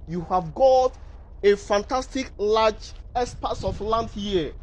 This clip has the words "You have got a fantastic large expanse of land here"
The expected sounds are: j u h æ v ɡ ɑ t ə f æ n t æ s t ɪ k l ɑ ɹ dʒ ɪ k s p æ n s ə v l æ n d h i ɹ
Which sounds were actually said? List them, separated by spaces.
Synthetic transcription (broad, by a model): j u h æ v ɡ ɑ t ə f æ n t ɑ s t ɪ k l ɑ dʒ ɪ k s p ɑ s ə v l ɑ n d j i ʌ